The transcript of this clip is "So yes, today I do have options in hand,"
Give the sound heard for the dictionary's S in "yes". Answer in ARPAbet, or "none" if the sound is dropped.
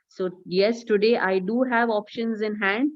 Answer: S